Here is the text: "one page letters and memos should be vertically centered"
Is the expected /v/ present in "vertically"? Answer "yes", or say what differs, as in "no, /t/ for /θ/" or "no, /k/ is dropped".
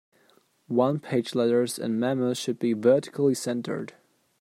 yes